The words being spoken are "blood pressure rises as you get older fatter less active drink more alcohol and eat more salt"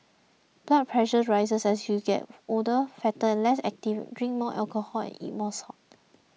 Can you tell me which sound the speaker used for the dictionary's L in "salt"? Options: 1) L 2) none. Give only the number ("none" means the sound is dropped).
2